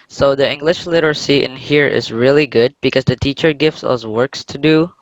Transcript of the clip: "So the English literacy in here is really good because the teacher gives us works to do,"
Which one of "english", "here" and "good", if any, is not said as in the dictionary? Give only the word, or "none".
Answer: none